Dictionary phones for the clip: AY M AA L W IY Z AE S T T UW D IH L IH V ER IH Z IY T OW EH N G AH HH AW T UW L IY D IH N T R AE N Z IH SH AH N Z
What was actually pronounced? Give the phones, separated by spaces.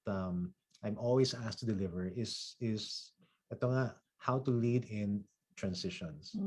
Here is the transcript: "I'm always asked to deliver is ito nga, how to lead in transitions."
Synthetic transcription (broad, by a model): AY M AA L W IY S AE S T T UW D IH L IH V ER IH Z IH S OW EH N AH HH AW T UW L IY D IH N T R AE N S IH SH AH N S